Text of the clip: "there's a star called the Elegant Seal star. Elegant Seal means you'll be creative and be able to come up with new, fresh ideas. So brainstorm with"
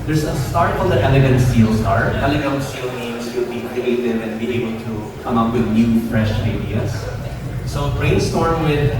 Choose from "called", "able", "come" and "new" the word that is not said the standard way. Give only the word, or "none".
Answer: called